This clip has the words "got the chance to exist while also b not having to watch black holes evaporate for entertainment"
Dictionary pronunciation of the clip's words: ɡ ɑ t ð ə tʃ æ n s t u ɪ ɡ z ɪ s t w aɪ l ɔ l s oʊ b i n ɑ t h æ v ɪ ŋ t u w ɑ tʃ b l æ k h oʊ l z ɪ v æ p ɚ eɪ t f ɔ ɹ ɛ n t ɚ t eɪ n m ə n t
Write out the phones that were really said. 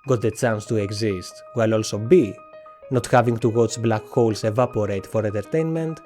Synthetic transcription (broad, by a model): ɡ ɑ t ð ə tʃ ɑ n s t u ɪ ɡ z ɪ s t w aɪ l ɔ l s oʊ b i n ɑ t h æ v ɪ ŋ t u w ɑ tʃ b l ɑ k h oʊ l s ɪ v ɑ p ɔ eɪ t f ɔ ɹ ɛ n t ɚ t eɪ n m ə n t